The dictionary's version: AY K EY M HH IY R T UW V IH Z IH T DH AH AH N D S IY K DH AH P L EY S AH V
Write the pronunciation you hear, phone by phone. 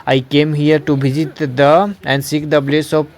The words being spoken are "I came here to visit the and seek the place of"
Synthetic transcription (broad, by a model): AY K EY M HH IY R T UW B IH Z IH T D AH AH N D S IY K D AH B L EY S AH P